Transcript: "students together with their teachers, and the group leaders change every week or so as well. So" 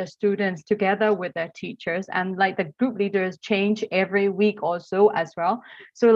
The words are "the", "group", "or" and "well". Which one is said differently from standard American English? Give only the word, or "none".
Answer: or